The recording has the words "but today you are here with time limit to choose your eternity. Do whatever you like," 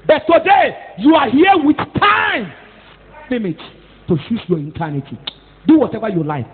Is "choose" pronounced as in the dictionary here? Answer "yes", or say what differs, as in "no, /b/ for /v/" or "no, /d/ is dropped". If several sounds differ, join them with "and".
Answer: no, /ʃ/ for /tʃ/ and /s/ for /z/